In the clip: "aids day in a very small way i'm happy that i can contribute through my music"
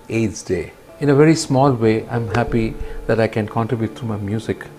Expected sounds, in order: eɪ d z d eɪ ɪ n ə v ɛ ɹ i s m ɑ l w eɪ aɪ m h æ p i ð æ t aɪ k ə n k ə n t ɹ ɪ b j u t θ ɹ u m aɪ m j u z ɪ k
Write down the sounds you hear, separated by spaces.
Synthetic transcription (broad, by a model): eɪ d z d eɪ ɪ n ə v ɛ ɹ i s m ɑ l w eɪ aɪ m h æ p i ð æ t aɪ k ə n k ə n t ɹ ɪ b j u t t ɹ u m aɪ m j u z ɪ k